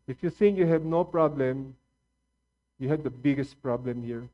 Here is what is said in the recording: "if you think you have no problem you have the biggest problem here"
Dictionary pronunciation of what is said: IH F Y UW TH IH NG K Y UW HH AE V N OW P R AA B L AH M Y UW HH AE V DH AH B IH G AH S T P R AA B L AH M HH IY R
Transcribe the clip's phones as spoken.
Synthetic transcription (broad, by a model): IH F Y UW S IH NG Y UW HH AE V N OW P R AA B L AH M Y UW HH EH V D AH B IH G AH S T P R AA B L AH M HH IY R